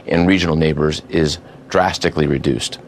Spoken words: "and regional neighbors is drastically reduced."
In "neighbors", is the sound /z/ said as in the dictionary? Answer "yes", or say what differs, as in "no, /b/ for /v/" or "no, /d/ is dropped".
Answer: yes